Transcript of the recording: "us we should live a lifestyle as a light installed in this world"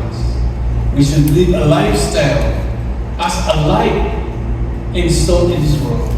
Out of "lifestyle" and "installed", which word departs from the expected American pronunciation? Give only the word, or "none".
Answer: installed